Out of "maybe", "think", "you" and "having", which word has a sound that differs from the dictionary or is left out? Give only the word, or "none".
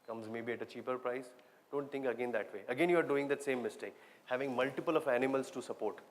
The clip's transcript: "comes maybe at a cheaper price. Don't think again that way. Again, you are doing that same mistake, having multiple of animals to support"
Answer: think